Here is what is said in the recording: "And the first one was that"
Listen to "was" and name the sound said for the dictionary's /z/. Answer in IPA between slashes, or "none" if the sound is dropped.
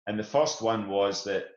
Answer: /z/